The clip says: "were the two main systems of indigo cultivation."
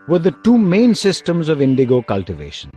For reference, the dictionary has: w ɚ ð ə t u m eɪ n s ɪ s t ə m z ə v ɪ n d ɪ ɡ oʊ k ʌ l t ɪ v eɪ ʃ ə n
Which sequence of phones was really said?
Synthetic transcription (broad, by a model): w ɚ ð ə t u m eɪ n s ɪ s t ə m z ə v ɪ n d ɪ ɡ oʊ k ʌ l t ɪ v eɪ ʃ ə n